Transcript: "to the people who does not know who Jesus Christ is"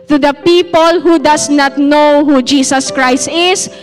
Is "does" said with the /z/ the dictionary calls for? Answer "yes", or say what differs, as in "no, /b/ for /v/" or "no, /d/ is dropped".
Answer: no, /s/ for /z/